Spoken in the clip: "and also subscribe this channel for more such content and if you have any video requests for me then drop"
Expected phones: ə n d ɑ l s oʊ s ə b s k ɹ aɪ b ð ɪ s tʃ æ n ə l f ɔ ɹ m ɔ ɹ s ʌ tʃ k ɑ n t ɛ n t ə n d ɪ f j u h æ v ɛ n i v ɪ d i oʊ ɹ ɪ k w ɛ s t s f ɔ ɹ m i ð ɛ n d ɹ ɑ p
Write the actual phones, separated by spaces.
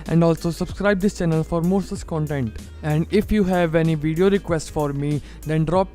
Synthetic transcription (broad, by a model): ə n d ɑ l s oʊ s ə b s k ɹ aɪ b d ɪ s tʃ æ n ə l f ɔ ɹ m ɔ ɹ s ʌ s k ɑ n t ɛ n t ə n d ɪ f j u h æ v ɛ n i v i d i oʊ ɹ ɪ k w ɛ s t f ɔ ɹ m i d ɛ n d ɹ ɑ p